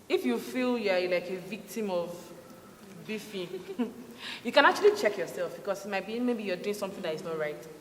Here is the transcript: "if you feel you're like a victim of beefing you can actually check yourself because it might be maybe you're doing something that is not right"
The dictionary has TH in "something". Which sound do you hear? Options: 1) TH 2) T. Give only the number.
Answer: 1